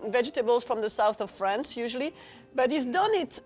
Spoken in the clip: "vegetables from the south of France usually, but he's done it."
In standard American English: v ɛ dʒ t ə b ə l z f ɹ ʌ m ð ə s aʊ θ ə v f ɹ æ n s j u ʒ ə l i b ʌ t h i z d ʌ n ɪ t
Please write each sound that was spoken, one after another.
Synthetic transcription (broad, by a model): v ɛ dʒ t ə b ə l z f ɹ ʌ m ð ə s aʊ θ ə v f ɹ æ n s j u ʒ ə l i b ʌ t h i z d ʌ n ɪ t